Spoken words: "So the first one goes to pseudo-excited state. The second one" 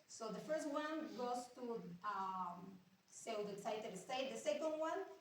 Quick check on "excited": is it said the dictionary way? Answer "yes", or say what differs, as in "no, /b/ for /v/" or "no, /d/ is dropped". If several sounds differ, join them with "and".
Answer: no, /k/ is dropped